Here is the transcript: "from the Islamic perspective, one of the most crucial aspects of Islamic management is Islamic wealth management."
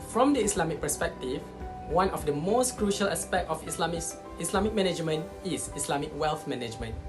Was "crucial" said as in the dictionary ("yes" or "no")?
yes